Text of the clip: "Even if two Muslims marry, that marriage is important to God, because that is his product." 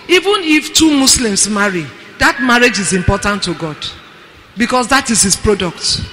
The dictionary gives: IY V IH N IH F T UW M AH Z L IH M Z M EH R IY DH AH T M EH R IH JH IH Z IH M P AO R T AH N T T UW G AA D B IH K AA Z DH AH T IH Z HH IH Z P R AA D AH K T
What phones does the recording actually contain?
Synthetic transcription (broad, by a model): IY V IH N IH F T UW M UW S L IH M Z M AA R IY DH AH T M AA R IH JH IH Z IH M P AO T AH N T T UW G AA D B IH K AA S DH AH T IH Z HH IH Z P R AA D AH K T